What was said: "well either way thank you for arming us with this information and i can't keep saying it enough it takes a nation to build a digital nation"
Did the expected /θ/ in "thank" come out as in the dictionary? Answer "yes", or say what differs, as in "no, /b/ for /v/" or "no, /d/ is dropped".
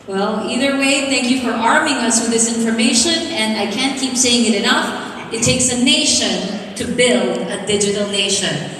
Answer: yes